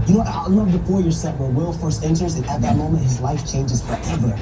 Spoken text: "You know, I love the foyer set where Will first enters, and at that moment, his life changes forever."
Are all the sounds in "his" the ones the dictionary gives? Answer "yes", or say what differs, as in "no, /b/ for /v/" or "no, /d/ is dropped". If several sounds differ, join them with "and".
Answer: yes